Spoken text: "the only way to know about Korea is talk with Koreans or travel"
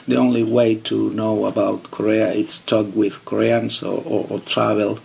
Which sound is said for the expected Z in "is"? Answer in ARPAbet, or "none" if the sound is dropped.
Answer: S